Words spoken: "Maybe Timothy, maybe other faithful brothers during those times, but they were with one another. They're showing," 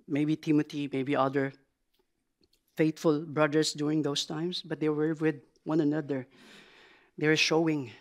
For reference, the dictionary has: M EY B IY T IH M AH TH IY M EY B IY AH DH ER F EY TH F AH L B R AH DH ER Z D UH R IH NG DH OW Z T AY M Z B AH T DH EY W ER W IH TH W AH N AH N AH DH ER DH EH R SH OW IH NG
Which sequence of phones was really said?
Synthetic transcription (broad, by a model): M EY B IY T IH M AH T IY M EY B IY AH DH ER F EY T F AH L B R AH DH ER S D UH R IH NG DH OW S T AY M S B AH T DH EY W ER W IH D W AH N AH N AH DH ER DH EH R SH OW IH NG